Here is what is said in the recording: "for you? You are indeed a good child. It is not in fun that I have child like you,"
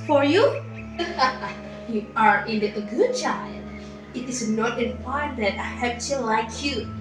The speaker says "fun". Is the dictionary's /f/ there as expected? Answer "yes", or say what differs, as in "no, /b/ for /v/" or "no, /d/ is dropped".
no, /p/ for /f/